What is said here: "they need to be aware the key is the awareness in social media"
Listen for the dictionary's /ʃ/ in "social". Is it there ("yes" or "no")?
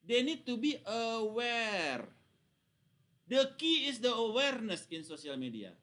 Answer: no